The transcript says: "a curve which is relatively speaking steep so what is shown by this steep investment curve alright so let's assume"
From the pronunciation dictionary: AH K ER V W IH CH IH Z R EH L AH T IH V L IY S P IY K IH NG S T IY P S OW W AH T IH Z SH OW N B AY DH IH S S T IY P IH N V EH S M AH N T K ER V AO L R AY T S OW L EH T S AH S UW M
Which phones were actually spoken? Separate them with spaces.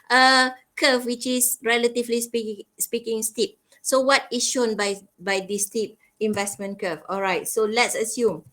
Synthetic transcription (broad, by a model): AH K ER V W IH CH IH S R EH L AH T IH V L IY S P IY K IH NG S T IY P S OW W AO T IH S SH OW N B AY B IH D S T IY P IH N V EH S M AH N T K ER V AO L R AY T S OW L EH T S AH S UW M